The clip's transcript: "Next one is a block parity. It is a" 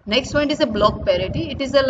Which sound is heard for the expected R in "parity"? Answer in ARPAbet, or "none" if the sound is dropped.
R